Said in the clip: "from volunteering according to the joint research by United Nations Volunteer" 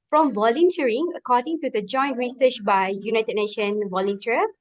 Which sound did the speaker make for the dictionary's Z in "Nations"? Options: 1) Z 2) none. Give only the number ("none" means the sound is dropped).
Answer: 2